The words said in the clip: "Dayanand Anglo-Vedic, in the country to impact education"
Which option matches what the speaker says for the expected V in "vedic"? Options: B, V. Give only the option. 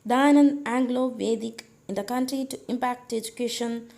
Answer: V